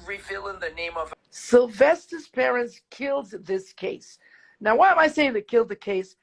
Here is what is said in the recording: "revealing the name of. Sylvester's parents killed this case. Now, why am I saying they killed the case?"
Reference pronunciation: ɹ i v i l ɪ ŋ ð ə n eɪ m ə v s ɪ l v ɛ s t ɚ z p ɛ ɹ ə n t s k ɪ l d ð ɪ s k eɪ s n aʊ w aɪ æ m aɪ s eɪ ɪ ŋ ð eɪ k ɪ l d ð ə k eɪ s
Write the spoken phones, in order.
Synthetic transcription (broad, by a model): ɹ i v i l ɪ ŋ ð ə n eɪ m ə v s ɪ l v ɛ s t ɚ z p ɛ ɹ ə n t s k ɪ l d ð ɪ s k eɪ s n aʊ w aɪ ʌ m aɪ s eɪ ɪ ŋ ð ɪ k ɪ l d ð ə k eɪ s